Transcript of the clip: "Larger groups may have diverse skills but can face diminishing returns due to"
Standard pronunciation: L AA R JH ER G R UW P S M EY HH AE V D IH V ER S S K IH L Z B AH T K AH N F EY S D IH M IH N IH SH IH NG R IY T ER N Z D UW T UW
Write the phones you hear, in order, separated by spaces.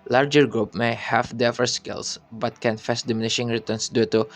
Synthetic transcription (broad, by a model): L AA R JH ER G R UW P M EY HH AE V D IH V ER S S K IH L S B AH T K AH N F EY S D IH M IH N IH SH IH NG R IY T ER N S D UW T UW